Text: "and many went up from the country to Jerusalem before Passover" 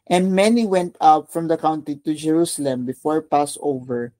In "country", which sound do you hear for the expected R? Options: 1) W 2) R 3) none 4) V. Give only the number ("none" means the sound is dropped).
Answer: 3